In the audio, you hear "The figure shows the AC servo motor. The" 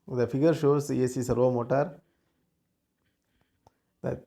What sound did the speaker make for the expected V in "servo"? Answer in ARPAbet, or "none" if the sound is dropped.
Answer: none